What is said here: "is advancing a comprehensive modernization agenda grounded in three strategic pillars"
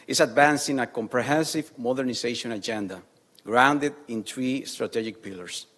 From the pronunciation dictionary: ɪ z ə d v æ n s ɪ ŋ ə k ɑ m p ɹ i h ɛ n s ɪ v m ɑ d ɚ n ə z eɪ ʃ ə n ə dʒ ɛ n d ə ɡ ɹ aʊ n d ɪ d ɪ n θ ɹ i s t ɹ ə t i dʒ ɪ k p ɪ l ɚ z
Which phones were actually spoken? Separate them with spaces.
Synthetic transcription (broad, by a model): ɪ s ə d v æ n s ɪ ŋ ə k ɑ m p ɹ i h ɛ n s ɪ v m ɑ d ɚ n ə s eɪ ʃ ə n ə dʒ ɛ n d ə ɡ ɹ aʊ n d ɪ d ɪ n t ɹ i s t ɹ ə t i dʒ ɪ k p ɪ l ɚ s